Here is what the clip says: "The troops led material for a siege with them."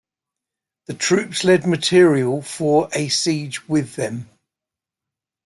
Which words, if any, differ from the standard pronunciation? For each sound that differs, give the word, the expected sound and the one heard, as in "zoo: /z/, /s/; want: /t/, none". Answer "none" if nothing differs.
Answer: none